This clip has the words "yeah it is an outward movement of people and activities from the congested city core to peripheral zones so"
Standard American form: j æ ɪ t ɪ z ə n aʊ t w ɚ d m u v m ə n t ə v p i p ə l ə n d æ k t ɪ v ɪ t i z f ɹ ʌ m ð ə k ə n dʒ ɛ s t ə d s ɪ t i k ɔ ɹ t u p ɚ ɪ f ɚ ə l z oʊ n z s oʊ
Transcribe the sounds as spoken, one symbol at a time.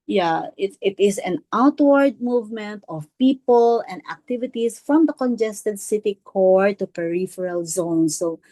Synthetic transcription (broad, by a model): j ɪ ɪ t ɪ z ə n aʊ t w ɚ d m u v m ə n t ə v p i p ə l ə n d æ k t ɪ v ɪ t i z f ɹ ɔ m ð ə k ə n dʒ ɛ s t ə d s ɪ t i k ɔ ɹ t u p ɚ ɪ f ɚ ə l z oʊ n s oʊ